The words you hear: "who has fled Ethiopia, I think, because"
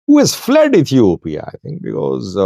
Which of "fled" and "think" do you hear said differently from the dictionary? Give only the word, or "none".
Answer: think